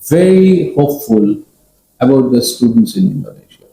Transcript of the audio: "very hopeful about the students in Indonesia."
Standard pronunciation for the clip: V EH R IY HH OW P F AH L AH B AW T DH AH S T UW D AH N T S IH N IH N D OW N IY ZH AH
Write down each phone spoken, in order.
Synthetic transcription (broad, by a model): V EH R IY HH OW P F AH L AH B AW T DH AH S T UW D AH N T S IH N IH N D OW N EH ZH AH